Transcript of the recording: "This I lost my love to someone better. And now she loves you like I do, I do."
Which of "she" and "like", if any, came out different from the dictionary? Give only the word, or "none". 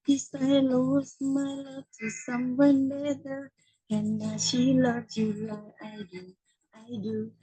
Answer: like